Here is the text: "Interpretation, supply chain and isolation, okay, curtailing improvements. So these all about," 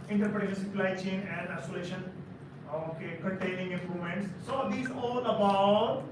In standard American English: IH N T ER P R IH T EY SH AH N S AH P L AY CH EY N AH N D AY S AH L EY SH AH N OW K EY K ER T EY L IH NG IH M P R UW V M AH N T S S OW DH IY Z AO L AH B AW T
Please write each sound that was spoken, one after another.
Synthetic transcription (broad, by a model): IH N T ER P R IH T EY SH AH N S AH P L AY CH EY N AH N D AY S AH L EY SH AH N OW K EY K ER T EY N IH NG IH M P R UW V M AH N T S S OW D IY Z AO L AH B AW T